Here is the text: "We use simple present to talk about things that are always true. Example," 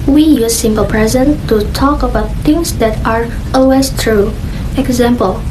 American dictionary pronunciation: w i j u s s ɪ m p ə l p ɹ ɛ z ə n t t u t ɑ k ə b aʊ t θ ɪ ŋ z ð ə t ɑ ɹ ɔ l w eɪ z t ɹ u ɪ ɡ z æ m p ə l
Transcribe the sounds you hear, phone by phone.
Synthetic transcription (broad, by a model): w i j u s s ɪ m p ə l p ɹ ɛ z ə n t t u t ɑ k ə b aʊ t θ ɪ ŋ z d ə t ɑ ɹ ɔ l w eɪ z t ɹ u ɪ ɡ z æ m p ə l